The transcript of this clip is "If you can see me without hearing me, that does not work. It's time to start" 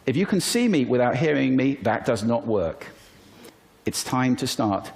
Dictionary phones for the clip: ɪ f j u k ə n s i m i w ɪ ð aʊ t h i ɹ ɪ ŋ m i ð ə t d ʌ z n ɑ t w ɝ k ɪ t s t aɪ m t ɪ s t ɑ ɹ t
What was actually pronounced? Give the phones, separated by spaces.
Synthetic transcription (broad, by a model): ɪ f j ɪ k ə n s i m i w ɪ ð aʊ t h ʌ ɹ ɪ ŋ m i ð ə t d ʌ z n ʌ t w ɝ k ɪ t s t aɪ m t ɪ s t ɑ ɹ t